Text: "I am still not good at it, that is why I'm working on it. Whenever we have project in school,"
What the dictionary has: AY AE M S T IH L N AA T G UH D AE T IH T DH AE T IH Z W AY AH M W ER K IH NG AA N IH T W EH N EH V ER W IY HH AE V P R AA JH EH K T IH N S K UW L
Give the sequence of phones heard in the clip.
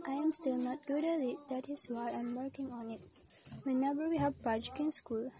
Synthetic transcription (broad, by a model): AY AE M S T IH L N AA T G UH D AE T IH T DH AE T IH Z W AY AH M W ER K IH NG AA N IH T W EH N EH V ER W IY HH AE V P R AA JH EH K IH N S K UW L